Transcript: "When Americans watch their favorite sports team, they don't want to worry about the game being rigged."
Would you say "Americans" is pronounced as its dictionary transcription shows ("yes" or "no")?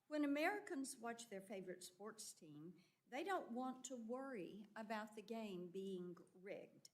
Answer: yes